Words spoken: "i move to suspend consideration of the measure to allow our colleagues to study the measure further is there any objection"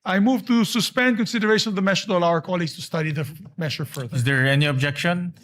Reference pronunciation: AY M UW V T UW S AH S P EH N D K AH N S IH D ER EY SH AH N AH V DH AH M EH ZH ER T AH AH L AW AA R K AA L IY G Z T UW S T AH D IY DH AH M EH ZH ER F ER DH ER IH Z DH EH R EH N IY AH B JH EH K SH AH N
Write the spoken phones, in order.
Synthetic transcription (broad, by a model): AY M UW V T UW S AH S P EH N D K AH N S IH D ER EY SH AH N AH V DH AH M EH SH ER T AH L AW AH R K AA L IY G S T UW S T AH D IY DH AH M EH SH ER F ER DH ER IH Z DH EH R EH N IY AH B JH EH K SH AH N